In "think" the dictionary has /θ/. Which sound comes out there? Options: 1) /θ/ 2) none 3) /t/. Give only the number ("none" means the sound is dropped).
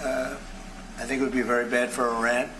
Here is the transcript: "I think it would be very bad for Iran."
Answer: 1